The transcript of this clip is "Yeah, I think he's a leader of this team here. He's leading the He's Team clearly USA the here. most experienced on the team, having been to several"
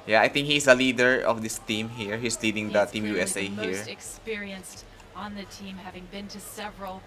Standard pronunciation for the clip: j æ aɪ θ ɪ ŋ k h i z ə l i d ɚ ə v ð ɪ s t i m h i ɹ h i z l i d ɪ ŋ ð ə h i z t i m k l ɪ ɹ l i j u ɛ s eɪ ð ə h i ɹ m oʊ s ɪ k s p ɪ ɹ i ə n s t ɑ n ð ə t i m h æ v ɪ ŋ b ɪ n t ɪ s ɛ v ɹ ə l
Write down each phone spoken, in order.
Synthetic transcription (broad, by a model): j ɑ aɪ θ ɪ ŋ k h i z ə l i d ɚ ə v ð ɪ s t i m h i ɹ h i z l i d ɪ ŋ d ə t i m j u ɛ s eɪ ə h i ɹ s ɪ k s p ɪ ɹ i ə n s t n ð ə t i m h æ v ɪ ŋ b ɪ n t ɪ s ɛ v ɹ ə l